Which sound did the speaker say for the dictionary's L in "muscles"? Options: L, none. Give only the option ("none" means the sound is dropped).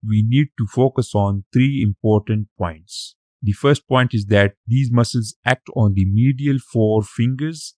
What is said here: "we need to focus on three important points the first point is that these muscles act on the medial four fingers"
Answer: L